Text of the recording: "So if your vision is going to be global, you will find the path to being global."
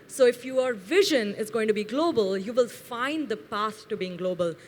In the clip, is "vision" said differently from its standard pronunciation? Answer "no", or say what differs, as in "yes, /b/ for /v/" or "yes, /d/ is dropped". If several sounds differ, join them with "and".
no